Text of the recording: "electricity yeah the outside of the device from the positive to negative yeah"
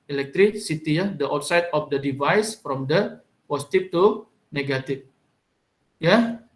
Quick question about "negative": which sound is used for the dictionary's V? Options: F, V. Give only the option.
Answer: F